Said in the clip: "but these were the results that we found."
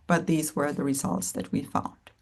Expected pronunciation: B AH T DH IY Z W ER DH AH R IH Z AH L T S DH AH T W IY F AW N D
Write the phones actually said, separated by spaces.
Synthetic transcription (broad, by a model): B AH T DH IY Z W ER DH AH R IH Z AH L T S DH AH T W IY F AW N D